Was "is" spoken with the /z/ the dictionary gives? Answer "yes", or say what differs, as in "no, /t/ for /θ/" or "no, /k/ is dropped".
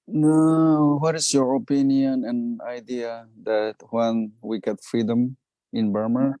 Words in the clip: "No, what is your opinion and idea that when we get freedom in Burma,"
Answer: no, /s/ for /z/